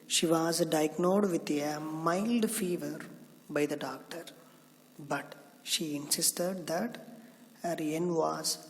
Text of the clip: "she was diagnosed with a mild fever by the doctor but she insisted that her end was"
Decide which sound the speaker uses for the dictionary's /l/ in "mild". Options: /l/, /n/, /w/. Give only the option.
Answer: /l/